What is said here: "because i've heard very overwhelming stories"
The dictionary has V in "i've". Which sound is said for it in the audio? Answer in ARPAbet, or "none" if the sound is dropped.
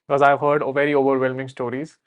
V